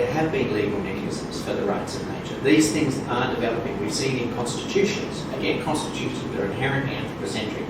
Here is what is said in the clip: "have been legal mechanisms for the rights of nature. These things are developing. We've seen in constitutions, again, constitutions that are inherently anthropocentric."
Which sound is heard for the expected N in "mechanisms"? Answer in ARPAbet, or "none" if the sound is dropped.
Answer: none